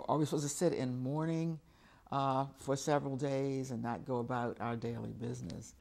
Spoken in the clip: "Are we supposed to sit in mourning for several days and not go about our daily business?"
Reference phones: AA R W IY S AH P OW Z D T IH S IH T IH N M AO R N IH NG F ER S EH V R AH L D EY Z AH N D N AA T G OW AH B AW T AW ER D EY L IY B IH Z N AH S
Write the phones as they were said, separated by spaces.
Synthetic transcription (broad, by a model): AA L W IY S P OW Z T IH S IH T IH N M AO R N IH NG F ER S EH V R L D EY Z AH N N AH T G OW AH B AW T AW ER D EY L IY B IH Z N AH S